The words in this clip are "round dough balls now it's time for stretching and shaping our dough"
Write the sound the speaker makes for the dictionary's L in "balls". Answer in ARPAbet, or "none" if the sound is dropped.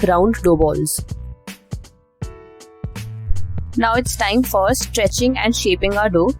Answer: L